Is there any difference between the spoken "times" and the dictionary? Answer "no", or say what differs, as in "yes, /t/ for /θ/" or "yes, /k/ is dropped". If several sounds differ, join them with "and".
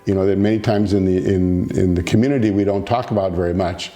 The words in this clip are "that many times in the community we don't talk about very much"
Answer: no